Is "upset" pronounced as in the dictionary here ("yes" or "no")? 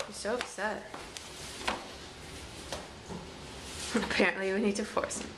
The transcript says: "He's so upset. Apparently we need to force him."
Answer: no